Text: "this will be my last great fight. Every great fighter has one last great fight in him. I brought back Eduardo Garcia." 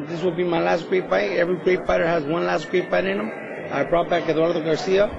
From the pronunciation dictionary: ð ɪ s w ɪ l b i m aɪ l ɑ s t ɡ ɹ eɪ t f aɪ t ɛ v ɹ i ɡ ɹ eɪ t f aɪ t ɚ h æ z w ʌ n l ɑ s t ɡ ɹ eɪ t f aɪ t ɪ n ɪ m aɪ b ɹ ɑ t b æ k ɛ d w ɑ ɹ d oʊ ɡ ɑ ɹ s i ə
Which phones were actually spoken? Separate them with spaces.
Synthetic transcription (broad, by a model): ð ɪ s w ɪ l b i m aɪ l ɑ s t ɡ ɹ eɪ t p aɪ ɛ v ɹ i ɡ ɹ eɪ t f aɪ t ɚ h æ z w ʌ n l ɑ s t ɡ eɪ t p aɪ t ɪ n ɪ m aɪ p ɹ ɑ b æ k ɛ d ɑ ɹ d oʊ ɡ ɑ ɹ s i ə